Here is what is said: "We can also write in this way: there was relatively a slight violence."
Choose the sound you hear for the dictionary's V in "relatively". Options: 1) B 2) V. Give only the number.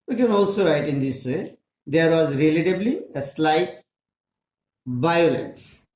1